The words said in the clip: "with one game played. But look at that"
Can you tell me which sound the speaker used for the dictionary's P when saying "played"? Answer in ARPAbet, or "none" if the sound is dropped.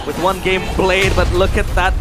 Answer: B